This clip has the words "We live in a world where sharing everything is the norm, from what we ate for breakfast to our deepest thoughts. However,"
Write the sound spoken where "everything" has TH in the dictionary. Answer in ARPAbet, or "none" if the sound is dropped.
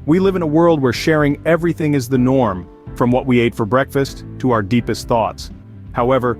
TH